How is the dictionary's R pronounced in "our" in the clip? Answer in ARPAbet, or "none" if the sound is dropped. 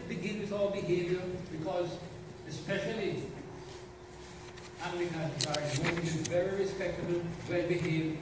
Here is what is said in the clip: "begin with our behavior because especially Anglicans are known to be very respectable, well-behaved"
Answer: L